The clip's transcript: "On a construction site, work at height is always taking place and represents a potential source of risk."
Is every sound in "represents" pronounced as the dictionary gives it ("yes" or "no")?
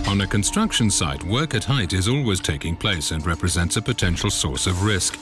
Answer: yes